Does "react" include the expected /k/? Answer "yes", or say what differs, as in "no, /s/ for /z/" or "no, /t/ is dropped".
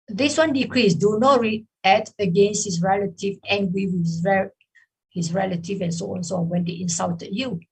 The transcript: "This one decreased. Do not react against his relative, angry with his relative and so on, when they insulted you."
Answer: no, /k/ is dropped